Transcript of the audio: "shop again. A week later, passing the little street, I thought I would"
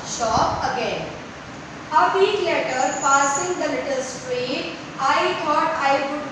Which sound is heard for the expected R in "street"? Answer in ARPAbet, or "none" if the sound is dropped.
R